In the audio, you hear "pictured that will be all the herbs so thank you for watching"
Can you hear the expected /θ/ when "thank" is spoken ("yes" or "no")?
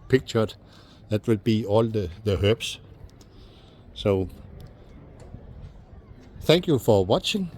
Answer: yes